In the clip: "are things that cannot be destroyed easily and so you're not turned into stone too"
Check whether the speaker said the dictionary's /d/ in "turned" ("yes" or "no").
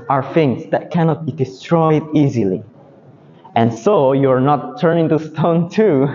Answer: no